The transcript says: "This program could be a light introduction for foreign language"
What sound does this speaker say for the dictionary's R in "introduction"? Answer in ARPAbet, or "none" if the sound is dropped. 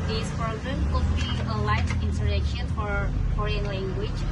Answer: none